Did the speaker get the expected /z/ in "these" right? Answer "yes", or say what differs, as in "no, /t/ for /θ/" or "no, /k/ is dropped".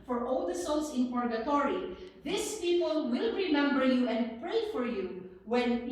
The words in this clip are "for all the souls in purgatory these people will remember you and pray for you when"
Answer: no, /s/ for /z/